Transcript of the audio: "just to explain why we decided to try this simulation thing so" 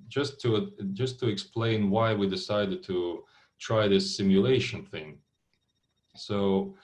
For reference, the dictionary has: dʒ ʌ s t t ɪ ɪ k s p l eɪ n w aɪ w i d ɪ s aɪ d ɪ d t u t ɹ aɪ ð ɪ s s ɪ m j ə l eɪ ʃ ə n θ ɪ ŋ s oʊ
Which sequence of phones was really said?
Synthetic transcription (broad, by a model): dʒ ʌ s t t ɪ ɪ k s p l eɪ n w aɪ w i d ɪ s aɪ d ɪ d t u t ɹ aɪ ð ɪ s s ɪ m j ə l eɪ ʃ ə n θ ɪ ŋ s oʊ